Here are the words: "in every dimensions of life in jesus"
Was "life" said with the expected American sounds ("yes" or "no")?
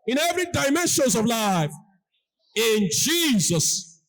yes